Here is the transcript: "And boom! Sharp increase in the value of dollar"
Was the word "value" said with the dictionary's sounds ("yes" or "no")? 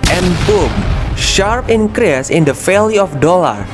no